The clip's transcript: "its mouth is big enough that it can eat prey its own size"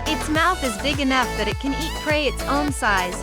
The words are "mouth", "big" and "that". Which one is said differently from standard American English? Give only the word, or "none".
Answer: none